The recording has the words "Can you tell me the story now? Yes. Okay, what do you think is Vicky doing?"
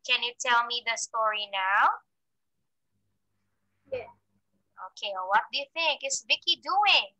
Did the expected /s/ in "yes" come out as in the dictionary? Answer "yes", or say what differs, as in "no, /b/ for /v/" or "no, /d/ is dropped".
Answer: no, /s/ is dropped